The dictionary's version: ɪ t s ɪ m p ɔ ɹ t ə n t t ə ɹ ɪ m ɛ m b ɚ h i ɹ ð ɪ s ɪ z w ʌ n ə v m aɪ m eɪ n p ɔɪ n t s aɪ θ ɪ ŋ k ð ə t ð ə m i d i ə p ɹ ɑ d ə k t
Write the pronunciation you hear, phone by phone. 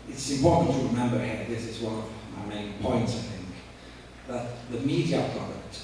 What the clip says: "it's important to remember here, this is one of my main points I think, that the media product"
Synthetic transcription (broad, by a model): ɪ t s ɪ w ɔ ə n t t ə ɹ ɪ m ɛ m b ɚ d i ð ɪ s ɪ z w ʌ n ə v m aɪ m eɪ n p ɔɪ n t s aɪ θ ɪ ŋ k ð ə t ð ə m i d i ə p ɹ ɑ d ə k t